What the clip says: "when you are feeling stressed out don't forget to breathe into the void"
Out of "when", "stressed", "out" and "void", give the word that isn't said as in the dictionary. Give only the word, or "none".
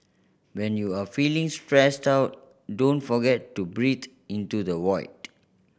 void